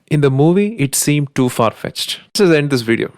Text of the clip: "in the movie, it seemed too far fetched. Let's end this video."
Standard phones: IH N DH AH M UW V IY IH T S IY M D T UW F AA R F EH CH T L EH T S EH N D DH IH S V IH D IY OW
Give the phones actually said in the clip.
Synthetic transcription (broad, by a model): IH N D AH M UW V IY IH T S IY M D T UW F AA R F EH CH T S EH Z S EH N D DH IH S V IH D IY OW